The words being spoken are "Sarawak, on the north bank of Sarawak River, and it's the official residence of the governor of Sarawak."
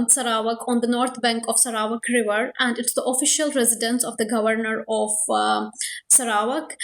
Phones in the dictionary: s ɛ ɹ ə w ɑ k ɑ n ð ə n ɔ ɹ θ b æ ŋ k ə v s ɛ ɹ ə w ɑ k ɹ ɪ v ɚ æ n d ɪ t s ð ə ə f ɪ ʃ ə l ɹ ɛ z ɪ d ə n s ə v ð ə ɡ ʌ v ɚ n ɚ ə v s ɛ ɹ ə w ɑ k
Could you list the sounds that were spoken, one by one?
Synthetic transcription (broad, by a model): s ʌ ɹ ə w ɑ k ɑ n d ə n ɔ ɹ t b æ ŋ k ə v s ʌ ɹ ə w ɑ k ɹ ɪ v ɚ æ n d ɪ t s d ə ə f ɪ ʃ ə l ɹ ɛ z ɪ d ə n s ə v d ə ɡ ʌ v ɚ n ɚ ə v s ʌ ɹ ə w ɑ k